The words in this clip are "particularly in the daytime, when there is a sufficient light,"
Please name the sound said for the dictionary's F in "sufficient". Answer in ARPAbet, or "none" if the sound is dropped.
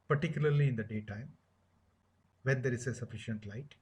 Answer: F